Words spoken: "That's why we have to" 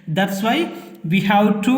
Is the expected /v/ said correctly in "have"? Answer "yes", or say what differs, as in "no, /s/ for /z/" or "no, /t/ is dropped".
no, /w/ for /v/